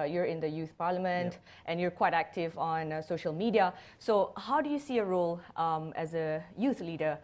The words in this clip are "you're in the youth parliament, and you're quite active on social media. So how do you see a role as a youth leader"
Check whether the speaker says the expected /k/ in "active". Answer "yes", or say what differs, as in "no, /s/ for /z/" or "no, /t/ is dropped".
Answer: yes